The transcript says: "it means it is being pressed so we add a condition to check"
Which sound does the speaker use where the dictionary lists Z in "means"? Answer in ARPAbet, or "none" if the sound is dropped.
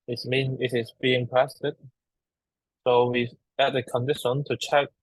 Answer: none